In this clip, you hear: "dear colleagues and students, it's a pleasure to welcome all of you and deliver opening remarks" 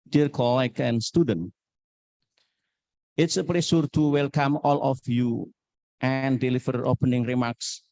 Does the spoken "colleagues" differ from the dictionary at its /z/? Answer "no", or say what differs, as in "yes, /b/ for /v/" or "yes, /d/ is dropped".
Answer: yes, /z/ is dropped